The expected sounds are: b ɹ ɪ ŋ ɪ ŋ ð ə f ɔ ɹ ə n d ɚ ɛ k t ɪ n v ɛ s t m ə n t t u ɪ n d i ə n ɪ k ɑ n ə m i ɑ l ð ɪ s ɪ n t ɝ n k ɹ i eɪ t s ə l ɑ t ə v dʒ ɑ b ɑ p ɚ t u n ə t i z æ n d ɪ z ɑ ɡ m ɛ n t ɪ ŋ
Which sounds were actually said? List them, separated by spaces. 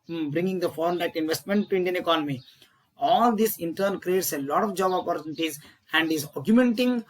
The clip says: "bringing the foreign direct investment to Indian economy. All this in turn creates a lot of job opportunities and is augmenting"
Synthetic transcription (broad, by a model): b ɹ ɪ ŋ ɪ ŋ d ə f ɔ ɹ ə n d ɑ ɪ t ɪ n v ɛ s t m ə n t t u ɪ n d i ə n ɪ k ɑ n ə m i ɑ l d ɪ s ɪ n t ɝ n k ɹ i eɪ t s ə l ɑ t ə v dʒ ɑ b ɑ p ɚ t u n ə t i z æ n d ɪ z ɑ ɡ m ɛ n t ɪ ŋ